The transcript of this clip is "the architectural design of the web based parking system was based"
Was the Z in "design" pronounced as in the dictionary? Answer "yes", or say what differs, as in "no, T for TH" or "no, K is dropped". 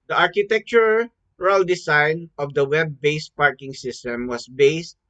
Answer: no, S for Z